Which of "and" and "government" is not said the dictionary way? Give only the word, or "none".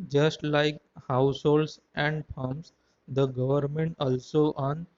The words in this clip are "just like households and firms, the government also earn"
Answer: none